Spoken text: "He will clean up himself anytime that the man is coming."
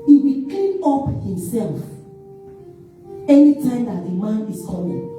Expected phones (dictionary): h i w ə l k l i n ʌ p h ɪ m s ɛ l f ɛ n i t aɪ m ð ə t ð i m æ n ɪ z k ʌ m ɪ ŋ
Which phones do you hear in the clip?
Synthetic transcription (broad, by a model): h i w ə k i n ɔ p h ɪ m s ɛ l f ɛ n i t aɪ m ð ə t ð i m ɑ n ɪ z k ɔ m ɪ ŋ